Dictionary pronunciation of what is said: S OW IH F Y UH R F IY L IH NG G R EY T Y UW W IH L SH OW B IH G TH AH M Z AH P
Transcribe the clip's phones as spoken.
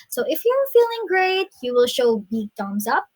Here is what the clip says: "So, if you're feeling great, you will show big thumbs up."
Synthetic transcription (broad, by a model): S OW IH F Y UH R F IY L IH NG G R EY T Y UW W IH L SH OW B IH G T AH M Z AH P